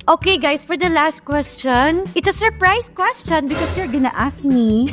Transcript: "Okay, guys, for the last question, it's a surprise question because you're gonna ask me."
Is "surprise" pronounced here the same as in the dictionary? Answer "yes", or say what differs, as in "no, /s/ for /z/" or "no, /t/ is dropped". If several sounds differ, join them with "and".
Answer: no, /s/ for /z/